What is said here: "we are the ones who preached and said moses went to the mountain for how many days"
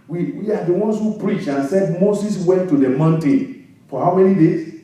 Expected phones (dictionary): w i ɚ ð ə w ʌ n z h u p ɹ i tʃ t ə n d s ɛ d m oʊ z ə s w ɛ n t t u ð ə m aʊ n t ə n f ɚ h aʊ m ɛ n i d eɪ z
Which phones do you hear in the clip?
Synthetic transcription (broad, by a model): w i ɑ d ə w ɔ n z h u p ɹ i tʃ ə n s ɛ d m oʊ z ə s w ɛ n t t u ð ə m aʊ n t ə n f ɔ h aʊ m ɛ n i d eɪ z